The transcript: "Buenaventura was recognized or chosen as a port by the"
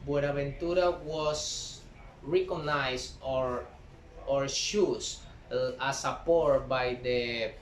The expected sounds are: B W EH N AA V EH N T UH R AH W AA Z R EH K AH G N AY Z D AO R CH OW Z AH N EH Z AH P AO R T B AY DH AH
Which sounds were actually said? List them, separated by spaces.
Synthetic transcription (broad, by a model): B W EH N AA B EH N T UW R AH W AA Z R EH K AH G N AY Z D AO R SH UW S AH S AH P AO R T B AY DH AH